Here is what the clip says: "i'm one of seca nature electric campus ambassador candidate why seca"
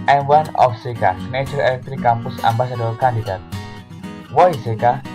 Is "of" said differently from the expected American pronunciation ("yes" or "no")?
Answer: yes